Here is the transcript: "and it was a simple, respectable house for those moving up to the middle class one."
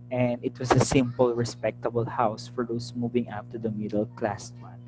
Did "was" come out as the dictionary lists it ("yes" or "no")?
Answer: no